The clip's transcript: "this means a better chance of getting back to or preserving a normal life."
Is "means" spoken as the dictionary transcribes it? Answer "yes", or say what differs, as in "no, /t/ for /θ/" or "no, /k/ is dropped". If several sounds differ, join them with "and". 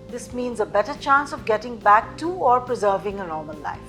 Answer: yes